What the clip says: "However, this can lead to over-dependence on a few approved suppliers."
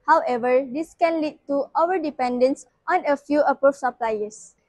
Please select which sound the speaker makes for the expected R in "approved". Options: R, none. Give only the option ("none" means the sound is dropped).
none